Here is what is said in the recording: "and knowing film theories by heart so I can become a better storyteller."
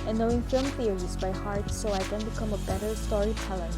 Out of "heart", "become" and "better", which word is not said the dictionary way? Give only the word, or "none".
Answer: none